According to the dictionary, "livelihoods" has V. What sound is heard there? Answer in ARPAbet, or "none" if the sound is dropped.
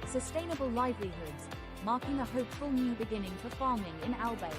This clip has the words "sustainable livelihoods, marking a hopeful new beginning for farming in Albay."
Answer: V